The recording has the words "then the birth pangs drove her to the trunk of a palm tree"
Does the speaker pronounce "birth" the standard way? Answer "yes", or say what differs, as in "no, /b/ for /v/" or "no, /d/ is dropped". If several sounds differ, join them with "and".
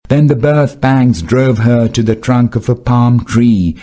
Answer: yes